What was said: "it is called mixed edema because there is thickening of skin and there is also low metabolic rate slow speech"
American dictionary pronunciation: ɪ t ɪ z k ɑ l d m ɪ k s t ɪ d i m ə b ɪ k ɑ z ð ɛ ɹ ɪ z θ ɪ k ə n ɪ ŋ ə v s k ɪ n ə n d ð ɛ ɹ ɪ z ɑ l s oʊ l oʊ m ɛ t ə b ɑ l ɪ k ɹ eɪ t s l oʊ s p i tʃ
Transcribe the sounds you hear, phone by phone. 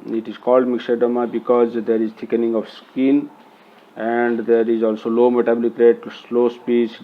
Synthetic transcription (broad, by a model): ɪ t ɪ z k ɑ l d m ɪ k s ɪ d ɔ m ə b ɪ k ɑ z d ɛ ɹ ɪ z t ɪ k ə n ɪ ŋ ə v s k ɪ n ə n d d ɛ ɹ ɪ z ɑ l s oʊ l oʊ m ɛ t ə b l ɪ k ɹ eɪ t s l oʊ s p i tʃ